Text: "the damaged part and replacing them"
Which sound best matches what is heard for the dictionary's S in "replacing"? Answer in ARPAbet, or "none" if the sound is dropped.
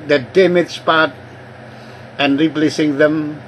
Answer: S